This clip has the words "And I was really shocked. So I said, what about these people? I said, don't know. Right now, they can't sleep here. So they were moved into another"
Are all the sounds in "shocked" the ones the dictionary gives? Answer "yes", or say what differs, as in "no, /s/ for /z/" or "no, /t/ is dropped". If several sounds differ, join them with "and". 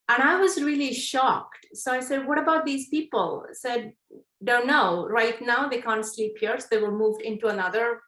yes